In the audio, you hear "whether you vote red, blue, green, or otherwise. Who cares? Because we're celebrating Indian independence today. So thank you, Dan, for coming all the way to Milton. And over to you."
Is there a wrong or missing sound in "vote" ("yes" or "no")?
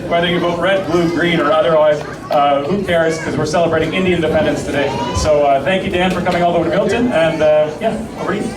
yes